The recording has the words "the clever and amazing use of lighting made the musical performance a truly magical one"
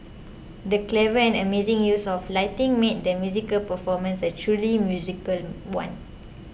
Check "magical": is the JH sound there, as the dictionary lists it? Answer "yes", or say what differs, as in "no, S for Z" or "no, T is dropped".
no, Z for JH